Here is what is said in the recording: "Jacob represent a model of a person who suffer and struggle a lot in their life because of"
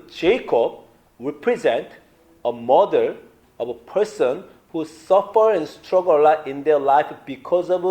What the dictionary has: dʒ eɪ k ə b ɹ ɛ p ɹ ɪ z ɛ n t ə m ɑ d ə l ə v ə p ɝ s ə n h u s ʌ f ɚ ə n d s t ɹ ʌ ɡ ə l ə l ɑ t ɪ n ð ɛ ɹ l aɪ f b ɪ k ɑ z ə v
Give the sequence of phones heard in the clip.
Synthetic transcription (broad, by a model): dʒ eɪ k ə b ɹ ɛ p ɹ ɪ z ɛ n t ə m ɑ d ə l ə v ə p ɝ s ə n h u s ʌ f ɚ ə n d s t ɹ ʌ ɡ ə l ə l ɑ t ɪ n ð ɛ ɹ l aɪ f b ɪ k ɑ z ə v